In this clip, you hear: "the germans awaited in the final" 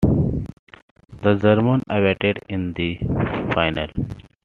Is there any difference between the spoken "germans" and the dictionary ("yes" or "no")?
yes